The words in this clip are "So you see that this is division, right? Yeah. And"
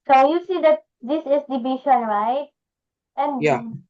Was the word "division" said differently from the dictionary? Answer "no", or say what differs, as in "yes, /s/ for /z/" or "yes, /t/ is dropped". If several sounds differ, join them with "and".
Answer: yes, /b/ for /v/ and /ʃ/ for /ʒ/